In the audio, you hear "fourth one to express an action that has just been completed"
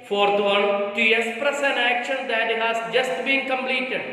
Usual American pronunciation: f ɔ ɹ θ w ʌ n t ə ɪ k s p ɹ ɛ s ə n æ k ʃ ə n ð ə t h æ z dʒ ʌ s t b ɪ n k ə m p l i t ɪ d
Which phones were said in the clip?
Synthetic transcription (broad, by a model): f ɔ ɹ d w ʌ l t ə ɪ s p ɹ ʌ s ə n æ k ʃ ə n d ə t h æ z dʒ ʌ s t b ɪ n k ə m p l i t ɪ d